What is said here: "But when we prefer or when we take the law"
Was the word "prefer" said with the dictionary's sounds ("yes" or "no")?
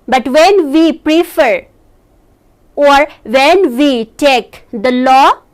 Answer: yes